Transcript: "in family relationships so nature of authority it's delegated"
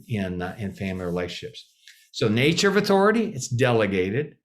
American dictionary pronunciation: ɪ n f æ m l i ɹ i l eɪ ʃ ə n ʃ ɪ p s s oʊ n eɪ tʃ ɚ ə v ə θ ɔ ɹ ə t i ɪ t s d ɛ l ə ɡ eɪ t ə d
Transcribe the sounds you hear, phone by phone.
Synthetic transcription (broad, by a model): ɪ n f æ m l i ɹ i l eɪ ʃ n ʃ ɪ p s s oʊ n eɪ tʃ ɚ ə v ə θ ɔ ɹ ə t i ɪ t s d ɛ l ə ɡ eɪ t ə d